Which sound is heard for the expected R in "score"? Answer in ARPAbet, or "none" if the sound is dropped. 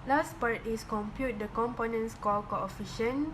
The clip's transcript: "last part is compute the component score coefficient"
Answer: L